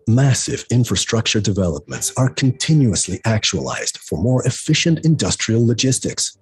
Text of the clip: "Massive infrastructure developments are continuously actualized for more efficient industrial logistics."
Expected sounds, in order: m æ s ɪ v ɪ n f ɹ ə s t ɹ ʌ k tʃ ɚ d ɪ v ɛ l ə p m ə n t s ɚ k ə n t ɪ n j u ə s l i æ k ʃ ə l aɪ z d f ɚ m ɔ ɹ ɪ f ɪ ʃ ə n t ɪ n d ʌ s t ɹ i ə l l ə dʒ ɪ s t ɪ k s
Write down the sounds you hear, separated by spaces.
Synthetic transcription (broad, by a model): m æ s ɪ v ɪ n f ɹ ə s t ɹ ʌ k tʃ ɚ d ɪ v ɛ l ə p m ə n t s ɚ k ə n t ɪ n j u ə s l i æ k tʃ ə l aɪ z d f ɚ m ɔ ɹ ɪ f ɪ ʃ ə n t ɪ n d ʌ s t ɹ i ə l l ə dʒ ɪ s t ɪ k s